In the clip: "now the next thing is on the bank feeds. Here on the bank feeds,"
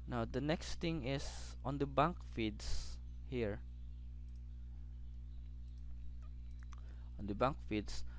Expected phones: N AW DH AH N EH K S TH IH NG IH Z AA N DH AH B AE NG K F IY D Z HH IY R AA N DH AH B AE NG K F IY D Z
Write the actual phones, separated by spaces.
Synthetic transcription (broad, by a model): N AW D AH N EH K S T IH NG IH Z AA N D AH B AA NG K F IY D S HH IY R AA N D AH B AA NG K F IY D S